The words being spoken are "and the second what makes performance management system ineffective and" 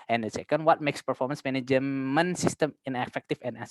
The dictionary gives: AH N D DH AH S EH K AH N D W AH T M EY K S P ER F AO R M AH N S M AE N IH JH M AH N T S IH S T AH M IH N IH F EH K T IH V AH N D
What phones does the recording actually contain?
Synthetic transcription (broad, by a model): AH N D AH S EH K AH N D W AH T M EY K S P ER F AO R M AH N S M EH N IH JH M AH N S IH S T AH M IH N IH F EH K T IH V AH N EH